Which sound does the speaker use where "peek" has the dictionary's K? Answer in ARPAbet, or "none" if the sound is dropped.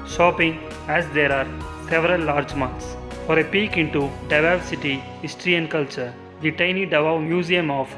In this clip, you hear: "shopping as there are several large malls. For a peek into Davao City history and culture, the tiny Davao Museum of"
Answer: K